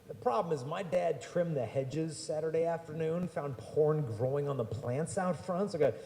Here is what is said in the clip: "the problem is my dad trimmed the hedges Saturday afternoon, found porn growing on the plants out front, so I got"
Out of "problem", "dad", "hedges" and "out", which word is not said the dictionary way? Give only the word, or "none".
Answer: none